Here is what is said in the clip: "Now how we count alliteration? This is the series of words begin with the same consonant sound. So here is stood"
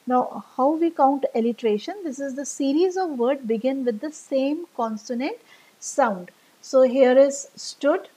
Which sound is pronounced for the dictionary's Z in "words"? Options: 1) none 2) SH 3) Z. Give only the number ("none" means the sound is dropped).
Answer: 1